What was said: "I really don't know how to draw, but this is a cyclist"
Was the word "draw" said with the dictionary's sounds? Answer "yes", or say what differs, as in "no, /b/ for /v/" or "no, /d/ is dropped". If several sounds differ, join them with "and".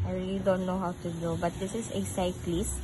no, /ɹ/ is dropped